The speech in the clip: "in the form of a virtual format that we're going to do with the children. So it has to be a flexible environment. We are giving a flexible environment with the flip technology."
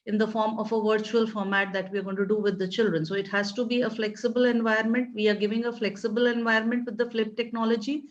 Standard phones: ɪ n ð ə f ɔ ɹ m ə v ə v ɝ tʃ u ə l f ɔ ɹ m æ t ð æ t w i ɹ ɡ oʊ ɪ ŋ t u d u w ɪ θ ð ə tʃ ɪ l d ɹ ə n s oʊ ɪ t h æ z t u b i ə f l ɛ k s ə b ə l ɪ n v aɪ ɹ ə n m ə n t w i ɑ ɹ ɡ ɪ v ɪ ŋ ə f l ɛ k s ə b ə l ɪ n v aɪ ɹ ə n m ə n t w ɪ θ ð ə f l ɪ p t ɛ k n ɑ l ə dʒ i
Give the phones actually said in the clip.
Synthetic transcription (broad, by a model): ɪ n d ə f ɔ ɹ m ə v ə v ɝ tʃ u ə l f ɔ ɹ m æ t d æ t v i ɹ ɡ oʊ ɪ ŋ t u d u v ɪ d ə tʃ ɪ l d ɹ ə n s oʊ ɪ t h æ z t u b i ə f l ɛ k s ə b ə l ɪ n v aɪ ɹ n m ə n t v i ɑ ɹ ɡ ɪ v ɪ ŋ ə f l ɛ k s ə b ə l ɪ n v aɪ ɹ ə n m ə n t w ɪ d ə f l ɪ p t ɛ k n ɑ l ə dʒ i